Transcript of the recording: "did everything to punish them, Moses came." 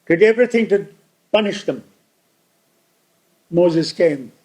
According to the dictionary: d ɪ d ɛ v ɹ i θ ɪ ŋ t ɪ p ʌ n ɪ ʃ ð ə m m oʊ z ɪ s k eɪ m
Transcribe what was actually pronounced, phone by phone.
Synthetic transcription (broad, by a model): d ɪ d ɛ v ɹ i θ ɪ ŋ t ɪ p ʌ n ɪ ʃ ð ə m m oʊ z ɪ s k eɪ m